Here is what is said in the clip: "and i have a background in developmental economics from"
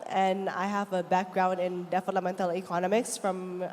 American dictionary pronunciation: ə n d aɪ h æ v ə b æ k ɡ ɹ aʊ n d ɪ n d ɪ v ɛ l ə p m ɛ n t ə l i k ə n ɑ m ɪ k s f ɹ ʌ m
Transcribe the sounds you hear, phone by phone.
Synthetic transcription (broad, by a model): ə n aɪ h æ v ə b æ k ɡ ɹ aʊ n d ɪ n d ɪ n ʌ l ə m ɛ n t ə l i k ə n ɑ m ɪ k s f ɹ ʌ m